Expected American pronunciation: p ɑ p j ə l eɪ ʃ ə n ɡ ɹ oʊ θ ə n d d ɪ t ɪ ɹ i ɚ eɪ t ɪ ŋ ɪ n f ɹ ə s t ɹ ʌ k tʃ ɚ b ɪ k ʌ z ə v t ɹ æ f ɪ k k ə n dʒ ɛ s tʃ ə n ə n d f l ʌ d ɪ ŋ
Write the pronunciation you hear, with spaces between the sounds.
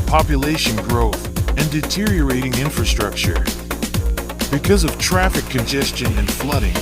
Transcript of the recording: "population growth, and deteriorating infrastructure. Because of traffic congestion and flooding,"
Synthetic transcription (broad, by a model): p ɑ p j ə l eɪ ʃ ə n ɡ ɹ oʊ θ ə n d d ɪ t ɪ ɹ i ɚ eɪ t ɪ ŋ ɪ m f ɹ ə s t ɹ ʌ k tʃ ɚ b ɪ k ʌ z ə v t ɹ æ f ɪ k k ə n dʒ ɛ s tʃ ə n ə n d f l ʌ d ɪ ŋ